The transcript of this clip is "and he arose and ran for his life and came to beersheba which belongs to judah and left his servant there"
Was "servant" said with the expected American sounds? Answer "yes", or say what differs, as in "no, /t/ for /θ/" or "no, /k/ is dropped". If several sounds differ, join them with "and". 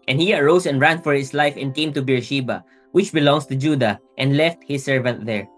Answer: yes